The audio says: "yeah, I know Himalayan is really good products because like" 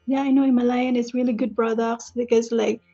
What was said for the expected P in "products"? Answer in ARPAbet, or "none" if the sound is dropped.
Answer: B